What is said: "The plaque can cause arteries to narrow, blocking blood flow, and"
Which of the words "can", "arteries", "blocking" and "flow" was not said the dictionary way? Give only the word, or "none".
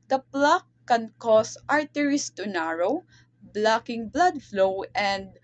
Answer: arteries